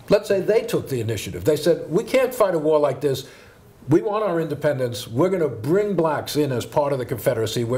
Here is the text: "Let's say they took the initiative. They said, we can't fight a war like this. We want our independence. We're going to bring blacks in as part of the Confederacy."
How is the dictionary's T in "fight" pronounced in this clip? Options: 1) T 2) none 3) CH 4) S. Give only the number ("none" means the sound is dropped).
1